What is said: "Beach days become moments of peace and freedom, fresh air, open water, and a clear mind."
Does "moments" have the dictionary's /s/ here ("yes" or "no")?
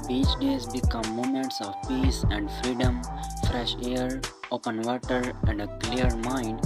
yes